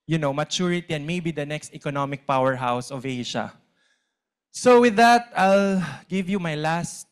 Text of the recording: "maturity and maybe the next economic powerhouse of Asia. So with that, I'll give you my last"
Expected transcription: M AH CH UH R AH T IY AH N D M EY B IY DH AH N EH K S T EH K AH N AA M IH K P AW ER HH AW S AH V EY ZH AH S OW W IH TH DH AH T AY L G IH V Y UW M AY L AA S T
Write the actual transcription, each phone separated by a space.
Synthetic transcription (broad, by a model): M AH CH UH R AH T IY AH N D M EY B IY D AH N EH K S T EH K AH N AA M IH K P AW ER HH AW S AH V EY SH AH S OW W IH DH AH T AY L G IH V Y UW M AY L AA S T